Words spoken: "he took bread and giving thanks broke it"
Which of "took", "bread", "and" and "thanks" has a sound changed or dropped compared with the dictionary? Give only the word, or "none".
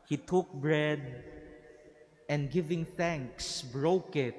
none